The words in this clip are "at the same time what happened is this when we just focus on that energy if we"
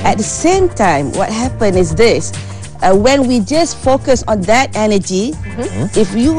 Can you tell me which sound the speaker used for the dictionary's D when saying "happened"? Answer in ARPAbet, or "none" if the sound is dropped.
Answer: none